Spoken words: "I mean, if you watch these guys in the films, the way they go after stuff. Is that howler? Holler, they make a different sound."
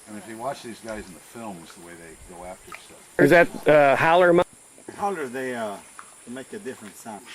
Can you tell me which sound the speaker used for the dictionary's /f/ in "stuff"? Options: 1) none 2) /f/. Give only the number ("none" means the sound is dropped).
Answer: 1